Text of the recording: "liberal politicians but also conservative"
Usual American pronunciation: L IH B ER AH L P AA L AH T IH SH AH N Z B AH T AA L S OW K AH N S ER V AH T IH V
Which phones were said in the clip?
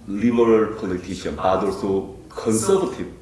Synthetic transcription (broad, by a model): L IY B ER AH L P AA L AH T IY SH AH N B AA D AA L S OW K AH N S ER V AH T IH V